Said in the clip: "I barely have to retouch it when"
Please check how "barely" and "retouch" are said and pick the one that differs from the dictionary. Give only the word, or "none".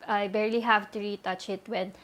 none